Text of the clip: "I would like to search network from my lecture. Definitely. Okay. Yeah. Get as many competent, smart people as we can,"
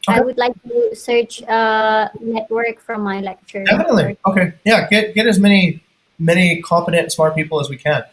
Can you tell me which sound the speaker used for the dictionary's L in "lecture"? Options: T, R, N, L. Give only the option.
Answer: L